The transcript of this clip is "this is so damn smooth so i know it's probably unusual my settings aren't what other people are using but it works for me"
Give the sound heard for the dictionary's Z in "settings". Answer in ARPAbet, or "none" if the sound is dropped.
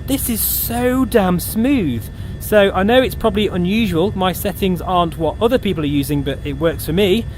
Z